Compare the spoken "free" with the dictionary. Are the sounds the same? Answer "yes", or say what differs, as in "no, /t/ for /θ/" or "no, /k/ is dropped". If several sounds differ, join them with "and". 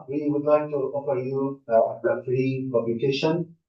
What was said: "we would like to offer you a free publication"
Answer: yes